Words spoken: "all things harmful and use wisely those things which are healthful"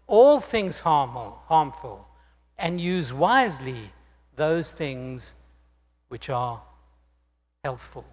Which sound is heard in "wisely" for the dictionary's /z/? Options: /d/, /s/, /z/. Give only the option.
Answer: /z/